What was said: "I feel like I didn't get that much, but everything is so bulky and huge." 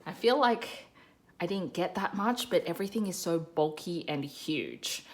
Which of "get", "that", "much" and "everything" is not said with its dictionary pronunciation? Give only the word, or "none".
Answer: none